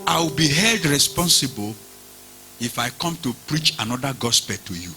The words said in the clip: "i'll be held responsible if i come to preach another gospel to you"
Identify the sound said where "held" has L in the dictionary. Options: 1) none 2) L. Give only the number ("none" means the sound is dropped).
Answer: 2